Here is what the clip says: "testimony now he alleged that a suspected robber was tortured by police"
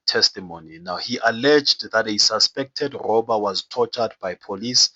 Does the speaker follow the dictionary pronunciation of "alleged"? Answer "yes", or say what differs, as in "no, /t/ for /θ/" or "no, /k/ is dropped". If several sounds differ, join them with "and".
yes